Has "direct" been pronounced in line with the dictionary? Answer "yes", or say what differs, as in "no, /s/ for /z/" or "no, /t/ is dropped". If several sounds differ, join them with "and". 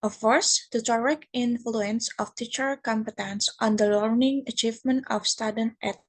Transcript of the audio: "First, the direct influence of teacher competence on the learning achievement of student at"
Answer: no, /t/ is dropped